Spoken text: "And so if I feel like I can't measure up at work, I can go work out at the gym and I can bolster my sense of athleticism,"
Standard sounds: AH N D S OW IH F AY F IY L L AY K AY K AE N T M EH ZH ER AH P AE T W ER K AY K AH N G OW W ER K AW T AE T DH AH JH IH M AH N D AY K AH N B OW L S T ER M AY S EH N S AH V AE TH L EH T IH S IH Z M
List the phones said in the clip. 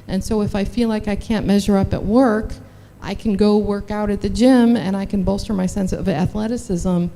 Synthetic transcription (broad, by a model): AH N S OW IH F AY F IY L L AY K AY K AE N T M EH ZH ER AH P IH T W ER K AY K N G OW W ER K AW T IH T DH AH JH IH M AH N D AY K AH N B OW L S T ER M AY S EH N S AH V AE TH L EH T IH S IH Z M